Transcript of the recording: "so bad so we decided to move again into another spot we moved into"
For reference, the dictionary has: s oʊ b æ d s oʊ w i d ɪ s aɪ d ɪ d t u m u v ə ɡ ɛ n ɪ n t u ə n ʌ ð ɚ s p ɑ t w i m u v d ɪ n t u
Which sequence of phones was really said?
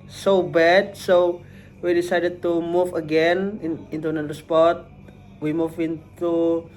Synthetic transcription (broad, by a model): s oʊ b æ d s oʊ w i d ɪ s aɪ d ɪ d t u m u v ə ɡ ɛ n ɪ n t u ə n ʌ ɚ s p ɑ t w i m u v ɪ n t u